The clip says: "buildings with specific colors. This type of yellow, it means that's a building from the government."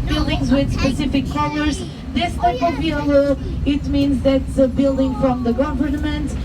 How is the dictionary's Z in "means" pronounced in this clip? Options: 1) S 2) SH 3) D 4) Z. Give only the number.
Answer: 4